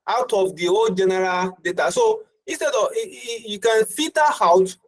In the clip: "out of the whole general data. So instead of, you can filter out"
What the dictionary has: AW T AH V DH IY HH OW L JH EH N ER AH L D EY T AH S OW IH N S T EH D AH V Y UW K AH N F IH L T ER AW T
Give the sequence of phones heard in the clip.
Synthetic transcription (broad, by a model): AW T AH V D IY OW JH EH N ER AH L D EY T AH S OW IH N S T EH D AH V Y UW K AH N F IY T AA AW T